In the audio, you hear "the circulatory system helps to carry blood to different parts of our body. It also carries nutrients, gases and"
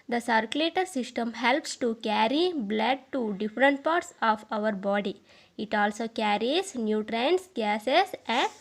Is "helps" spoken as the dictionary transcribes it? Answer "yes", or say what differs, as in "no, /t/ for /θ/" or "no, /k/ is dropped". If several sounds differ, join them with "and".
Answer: yes